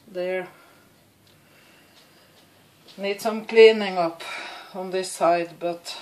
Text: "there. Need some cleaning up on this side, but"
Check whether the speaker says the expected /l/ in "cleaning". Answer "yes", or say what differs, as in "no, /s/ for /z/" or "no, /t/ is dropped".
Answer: yes